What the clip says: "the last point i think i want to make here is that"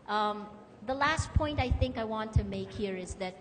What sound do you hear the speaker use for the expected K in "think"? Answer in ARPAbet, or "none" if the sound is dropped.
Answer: K